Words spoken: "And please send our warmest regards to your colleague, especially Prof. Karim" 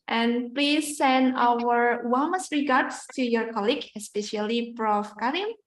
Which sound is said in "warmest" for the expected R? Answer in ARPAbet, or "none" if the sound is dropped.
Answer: L